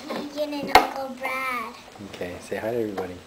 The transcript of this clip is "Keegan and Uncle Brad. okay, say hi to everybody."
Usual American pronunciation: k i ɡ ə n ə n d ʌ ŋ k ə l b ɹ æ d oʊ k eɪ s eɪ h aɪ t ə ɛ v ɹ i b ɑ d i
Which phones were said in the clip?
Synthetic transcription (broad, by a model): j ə n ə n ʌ k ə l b ɹ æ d oʊ k eɪ s eɪ h aɪ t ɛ v ɹ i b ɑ d i